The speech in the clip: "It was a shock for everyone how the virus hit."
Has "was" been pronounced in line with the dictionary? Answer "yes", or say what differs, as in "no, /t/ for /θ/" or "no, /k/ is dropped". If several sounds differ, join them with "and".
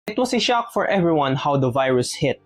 no, /s/ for /z/